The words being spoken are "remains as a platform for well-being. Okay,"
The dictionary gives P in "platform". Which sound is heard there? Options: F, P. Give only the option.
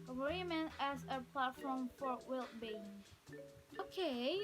P